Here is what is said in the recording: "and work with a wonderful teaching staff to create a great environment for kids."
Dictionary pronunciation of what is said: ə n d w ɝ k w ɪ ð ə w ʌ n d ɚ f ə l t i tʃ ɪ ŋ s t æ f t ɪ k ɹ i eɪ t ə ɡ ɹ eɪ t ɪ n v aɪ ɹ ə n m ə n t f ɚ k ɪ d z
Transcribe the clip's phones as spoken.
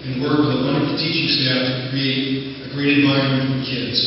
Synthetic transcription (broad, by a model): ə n w ɝ k w ɪ ð ə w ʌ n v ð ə t i tʃ ɪ ŋ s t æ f t ɪ k ɹ i eɪ t ə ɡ ɹ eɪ t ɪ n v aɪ ə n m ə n f ɚ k ɪ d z